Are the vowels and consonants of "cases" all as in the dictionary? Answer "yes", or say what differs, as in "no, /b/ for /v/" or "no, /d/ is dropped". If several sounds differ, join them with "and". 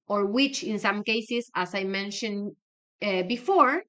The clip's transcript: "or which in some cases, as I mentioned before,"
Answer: no, /s/ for /z/